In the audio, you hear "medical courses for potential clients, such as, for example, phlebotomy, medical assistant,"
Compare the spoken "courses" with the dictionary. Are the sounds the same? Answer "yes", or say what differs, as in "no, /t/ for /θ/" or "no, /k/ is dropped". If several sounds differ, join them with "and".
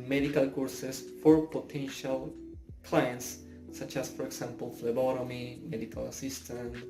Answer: no, /s/ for /z/